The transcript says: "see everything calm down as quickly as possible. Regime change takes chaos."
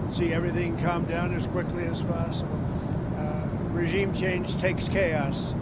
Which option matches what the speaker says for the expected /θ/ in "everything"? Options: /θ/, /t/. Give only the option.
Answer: /θ/